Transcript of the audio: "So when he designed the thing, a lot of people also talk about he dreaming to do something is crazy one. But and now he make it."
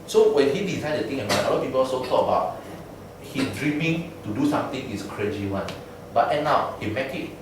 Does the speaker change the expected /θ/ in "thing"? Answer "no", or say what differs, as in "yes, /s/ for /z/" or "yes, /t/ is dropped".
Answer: yes, /t/ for /θ/